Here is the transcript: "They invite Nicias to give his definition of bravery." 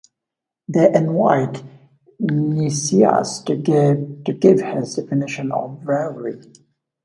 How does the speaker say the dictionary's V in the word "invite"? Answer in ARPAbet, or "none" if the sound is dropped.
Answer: W